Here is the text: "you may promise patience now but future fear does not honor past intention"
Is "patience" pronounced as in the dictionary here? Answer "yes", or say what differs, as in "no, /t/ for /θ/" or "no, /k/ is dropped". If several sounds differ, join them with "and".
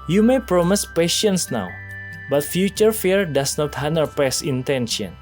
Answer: yes